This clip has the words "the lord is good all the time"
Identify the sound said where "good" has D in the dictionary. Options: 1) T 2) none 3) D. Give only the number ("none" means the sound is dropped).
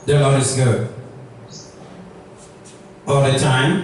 2